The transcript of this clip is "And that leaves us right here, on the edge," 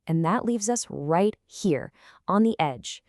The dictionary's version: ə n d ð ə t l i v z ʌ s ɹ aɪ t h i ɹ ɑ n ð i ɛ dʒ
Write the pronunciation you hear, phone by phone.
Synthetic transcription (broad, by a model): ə n ð ə t l i v z ʌ s ɹ aɪ t h i ɹ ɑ n ð i ɛ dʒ